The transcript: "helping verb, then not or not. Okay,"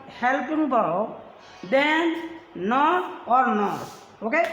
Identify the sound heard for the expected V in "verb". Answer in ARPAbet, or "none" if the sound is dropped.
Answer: B